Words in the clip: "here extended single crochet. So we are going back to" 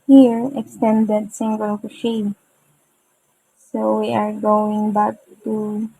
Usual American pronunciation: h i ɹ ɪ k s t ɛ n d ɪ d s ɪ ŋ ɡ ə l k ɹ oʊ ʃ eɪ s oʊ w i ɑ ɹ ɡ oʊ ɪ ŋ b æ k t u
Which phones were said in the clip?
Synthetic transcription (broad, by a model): h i ɹ ɪ k s t ɛ n d ɪ d s ɪ ŋ ɡ ə l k oʊ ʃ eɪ s oʊ w i ɑ ɹ ɡ oʊ ɪ ŋ b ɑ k t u